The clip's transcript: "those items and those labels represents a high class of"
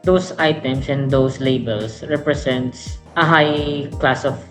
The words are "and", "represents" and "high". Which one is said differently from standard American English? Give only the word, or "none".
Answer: represents